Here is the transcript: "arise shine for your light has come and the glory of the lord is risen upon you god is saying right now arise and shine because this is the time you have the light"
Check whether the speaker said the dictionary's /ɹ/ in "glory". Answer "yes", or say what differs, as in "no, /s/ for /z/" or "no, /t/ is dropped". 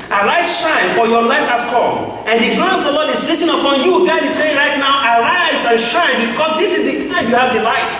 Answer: no, /ɹ/ is dropped